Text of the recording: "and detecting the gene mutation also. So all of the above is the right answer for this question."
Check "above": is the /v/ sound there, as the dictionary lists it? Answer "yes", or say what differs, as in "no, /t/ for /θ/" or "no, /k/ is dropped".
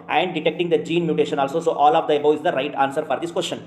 no, /v/ is dropped